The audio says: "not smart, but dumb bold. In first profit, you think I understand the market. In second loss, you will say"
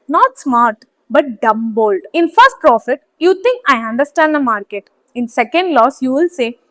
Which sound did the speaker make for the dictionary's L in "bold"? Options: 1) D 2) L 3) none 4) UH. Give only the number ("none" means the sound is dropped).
2